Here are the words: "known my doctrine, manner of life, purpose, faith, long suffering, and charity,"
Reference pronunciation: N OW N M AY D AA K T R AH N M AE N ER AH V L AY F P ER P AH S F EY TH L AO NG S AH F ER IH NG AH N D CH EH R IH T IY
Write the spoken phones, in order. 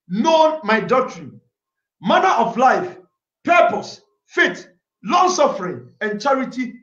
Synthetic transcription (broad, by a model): N OW N M AY D AA K T R AH N M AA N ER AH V L AY F P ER P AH S F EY T L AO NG S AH F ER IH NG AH N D CH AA R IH T IY